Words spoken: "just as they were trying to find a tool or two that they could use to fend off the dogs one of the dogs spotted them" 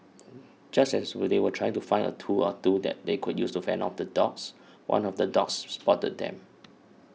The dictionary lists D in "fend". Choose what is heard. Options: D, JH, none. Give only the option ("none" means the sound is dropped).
none